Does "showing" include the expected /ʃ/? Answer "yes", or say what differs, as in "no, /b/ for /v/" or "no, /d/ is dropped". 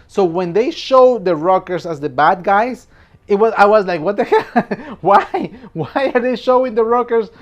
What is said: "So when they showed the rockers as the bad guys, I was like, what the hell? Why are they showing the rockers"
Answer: yes